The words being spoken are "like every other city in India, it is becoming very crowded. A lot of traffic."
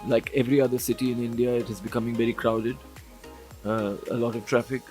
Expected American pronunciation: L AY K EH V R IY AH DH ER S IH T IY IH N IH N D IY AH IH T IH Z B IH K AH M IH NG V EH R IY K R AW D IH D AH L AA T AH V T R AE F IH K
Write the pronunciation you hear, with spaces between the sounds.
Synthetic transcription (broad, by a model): L AY K EH V R IY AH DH ER S IH T IY IH N IH N D IY AH IH T IH Z B IH K AH M IH NG V EH R IY K R AW D IH D AH L AA T AH V T R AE F IH K